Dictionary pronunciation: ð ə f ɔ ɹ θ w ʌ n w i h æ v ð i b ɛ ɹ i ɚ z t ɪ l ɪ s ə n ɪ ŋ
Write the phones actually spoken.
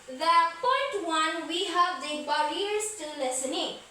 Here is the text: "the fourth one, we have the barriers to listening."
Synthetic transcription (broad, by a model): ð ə p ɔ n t w ʌ n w i h æ v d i b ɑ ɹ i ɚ s t ɪ l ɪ s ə n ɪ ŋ